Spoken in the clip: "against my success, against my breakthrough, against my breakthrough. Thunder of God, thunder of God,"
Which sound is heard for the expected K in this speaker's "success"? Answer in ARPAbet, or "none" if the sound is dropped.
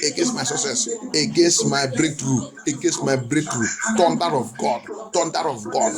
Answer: none